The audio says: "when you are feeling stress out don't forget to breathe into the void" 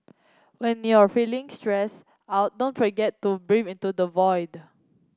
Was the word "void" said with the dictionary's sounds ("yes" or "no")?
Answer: yes